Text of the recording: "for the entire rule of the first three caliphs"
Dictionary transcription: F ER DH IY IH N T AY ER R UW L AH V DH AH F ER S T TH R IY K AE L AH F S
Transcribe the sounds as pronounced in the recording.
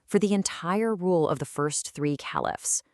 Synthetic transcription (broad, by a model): F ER DH IY IH N T AY ER R UW L AH V DH AH F ER S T TH R IY K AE L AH F S